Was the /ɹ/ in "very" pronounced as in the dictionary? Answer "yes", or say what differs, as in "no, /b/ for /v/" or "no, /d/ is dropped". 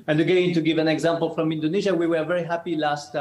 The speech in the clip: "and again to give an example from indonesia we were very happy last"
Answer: yes